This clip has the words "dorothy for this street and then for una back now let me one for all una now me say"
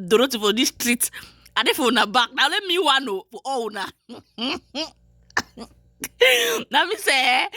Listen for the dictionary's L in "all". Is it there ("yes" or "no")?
no